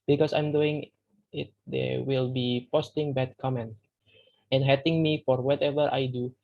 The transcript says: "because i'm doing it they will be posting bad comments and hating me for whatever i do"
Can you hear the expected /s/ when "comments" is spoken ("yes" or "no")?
no